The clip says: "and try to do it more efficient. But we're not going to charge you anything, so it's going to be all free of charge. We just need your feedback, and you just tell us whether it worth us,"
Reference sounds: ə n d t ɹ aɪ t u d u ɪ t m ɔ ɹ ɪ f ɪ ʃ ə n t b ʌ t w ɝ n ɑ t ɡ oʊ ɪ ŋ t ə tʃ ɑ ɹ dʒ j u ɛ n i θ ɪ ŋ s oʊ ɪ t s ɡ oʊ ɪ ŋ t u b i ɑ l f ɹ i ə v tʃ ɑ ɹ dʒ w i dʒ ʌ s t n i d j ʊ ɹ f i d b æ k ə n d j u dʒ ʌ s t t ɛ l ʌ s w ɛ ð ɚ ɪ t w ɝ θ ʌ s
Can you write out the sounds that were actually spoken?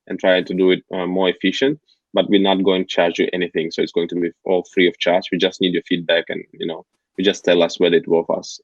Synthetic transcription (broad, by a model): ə n t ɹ aɪ t u d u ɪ t m ɔ ɹ ɪ f ɪ ʃ ə n t b ʌ t w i n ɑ t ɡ oʊ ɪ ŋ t tʃ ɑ ɹ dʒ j ɛ n i θ ɪ ŋ s oʊ ɪ t s ɡ oʊ ɪ ŋ t u b i ɑ l f ɹ i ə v tʃ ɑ ɹ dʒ w i dʒ ʌ s t n i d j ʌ ɹ f i d b æ k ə n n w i dʒ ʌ s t t ɛ l ʌ s w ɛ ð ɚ ɪ t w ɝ f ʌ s